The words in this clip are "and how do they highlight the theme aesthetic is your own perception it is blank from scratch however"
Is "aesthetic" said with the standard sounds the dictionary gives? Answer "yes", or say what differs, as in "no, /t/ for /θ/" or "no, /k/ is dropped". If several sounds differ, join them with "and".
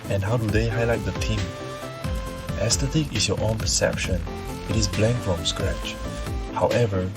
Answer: no, /t/ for /θ/